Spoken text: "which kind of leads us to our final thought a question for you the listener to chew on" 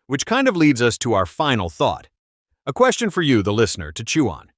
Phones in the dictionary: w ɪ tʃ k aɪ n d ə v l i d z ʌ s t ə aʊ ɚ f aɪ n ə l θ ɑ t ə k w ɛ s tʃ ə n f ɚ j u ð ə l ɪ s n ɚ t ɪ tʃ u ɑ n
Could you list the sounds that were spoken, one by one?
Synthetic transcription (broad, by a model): w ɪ tʃ k aɪ n d ə v l i d z ʌ s t ə aʊ ɚ f aɪ n l θ ɑ t ə k w ɛ s tʃ ə n f ɚ j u ð ə l ɪ s n ɚ t ɪ tʃ u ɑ n